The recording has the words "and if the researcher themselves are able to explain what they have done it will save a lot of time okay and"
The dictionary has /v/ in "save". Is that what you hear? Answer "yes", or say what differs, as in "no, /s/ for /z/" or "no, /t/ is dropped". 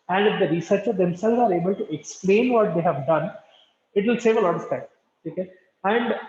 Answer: yes